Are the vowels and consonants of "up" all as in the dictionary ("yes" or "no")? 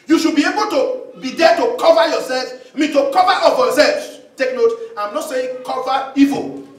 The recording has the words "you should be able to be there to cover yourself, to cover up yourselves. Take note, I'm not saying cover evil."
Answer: no